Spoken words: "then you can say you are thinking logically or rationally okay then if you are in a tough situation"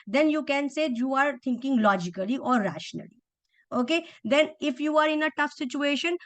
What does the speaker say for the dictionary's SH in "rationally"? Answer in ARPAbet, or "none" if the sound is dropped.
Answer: SH